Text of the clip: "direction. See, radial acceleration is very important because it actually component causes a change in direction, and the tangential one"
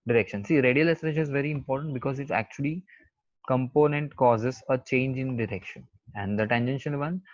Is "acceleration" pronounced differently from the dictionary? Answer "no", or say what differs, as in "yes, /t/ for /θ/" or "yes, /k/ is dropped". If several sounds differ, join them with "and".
yes, /k/ is dropped